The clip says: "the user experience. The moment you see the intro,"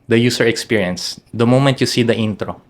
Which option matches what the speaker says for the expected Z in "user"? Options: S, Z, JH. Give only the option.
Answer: S